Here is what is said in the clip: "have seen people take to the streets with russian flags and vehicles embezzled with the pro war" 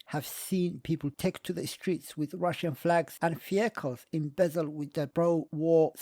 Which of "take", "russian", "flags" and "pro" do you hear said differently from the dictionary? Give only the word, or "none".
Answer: pro